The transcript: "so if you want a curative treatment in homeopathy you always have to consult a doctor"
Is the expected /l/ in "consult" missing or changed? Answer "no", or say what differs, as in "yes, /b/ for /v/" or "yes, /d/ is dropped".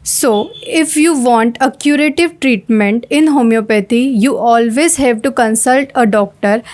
no